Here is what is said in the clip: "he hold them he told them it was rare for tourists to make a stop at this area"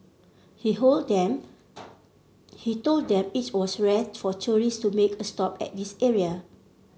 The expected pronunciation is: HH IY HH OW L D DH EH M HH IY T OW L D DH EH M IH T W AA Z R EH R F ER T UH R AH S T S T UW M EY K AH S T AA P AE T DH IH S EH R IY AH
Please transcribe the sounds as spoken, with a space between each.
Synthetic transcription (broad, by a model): HH IY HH OW L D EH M HH IY T OW L D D EH M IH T W AA S R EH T F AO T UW R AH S S T UW M EY K AH S T AA P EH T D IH S EH R IY AH